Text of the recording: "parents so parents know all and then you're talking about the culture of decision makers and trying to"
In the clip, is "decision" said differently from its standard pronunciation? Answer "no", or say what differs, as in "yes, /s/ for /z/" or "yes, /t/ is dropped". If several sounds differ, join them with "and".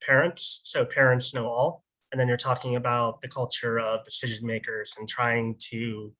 no